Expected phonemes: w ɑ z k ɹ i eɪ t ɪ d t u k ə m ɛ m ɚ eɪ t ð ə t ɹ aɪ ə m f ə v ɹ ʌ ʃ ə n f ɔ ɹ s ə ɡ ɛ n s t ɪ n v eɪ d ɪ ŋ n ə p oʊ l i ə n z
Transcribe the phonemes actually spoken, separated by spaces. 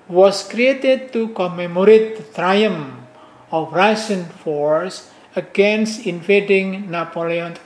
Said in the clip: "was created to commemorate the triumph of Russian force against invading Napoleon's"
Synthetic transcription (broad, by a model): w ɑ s k ɹ i eɪ t ɪ d t u k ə m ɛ m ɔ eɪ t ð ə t ɹ aɪ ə m ə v ɹ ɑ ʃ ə n f ɔ ɹ s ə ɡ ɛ n s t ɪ n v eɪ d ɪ ŋ n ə p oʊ l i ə n